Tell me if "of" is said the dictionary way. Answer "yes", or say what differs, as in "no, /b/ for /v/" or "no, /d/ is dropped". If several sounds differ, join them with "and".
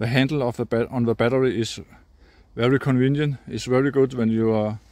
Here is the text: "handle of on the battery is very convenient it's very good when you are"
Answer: no, /b/ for /v/